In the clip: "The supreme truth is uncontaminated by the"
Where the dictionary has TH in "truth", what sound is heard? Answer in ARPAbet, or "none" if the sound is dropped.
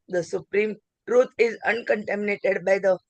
T